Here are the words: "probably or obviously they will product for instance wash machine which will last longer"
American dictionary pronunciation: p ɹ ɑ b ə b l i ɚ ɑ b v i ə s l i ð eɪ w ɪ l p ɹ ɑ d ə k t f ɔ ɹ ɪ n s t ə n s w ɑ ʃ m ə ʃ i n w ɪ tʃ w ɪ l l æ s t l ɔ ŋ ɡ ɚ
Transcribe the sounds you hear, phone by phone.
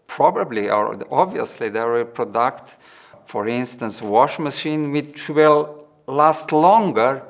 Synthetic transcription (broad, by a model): p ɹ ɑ b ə b l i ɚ ɑ b v i ə s l i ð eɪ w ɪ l p ɹ ɑ d ə k t f ɔ ɹ ɪ n s t ə n s w ɑ ʃ m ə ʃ i n w ɪ tʃ w ɪ l l æ s t l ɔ ŋ ɡ ɚ